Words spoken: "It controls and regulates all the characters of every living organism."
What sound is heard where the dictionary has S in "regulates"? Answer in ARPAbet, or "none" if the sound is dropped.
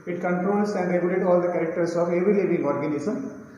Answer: none